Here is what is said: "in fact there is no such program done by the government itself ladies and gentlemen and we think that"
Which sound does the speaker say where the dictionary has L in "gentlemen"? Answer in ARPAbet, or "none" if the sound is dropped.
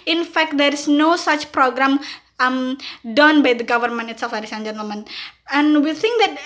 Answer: none